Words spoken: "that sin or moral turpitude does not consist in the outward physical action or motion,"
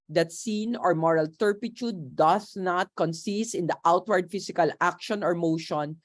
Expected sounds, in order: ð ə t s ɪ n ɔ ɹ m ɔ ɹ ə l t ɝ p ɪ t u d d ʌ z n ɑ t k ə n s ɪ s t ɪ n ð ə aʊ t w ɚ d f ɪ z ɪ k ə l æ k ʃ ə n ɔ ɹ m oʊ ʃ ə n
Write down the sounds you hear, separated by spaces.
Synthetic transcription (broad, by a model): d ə t s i n ɔ ɹ m ɔ ɹ ə l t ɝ p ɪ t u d d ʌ s n ɑ t k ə n s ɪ s t ɪ n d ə aʊ t w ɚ d f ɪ s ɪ k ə l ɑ k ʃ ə n ɔ ɹ m oʊ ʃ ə n